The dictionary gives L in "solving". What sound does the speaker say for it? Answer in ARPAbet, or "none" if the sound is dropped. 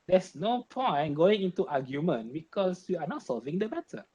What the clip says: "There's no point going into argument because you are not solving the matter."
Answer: L